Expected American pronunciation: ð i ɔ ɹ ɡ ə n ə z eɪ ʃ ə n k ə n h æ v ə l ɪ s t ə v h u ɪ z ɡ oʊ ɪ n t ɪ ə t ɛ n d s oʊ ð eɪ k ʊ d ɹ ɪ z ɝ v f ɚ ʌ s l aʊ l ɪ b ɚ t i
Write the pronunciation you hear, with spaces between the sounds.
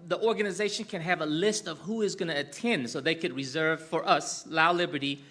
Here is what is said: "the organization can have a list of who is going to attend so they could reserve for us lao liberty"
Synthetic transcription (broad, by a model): ð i ɔ ɹ ɡ ə n ə z eɪ ʃ ə n k ə n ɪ v ə l ɪ s t ə v h u ɪ z ɡ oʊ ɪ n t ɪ t ɛ n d s oʊ ð eɪ k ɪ d ɹ ɪ z ɝ v f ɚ ʌ s l aʊ l ɪ b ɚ t i